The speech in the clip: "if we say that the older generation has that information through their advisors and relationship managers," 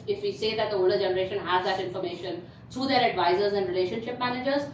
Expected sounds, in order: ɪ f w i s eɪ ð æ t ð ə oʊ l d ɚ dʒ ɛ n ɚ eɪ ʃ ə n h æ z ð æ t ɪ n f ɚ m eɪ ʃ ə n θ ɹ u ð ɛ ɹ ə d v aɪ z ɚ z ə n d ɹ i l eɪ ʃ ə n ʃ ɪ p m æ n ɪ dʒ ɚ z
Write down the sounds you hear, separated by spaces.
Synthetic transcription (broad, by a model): ɪ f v i s eɪ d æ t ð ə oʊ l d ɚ dʒ ɛ n ɚ eɪ ʃ ə n h æ z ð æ t ɪ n f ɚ m eɪ ʃ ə n t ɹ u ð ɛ ɹ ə d v aɪ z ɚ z ə n d ɹ i l eɪ ʃ ə n ʃ ɪ p m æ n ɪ dʒ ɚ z